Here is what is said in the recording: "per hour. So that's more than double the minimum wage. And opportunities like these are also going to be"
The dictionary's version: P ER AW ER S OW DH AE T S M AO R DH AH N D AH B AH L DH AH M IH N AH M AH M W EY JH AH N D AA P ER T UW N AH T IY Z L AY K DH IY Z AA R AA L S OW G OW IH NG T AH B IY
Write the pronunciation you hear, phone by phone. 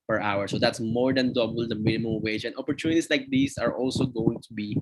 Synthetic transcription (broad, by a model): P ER AW ER S OW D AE T S M AO R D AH N D AH B AH L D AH M IH N AH M AH M W EY JH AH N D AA P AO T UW N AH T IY S L AY K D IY S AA R AA L S OW G OW IH NG T AH B IY